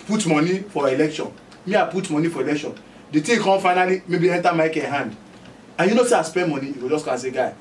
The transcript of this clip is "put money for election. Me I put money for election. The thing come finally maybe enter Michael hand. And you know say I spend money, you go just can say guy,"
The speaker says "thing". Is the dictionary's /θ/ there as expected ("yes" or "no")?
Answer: no